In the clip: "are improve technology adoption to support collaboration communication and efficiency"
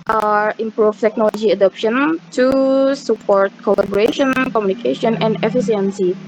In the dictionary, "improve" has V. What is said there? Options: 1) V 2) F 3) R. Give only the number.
2